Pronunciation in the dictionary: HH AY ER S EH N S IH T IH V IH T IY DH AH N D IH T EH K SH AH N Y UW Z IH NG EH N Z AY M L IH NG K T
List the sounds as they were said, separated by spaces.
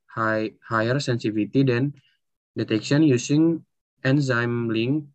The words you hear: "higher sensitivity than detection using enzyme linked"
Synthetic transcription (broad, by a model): HH AY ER S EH N S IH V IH T IY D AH N D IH T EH K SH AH N Y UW S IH NG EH N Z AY M L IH NG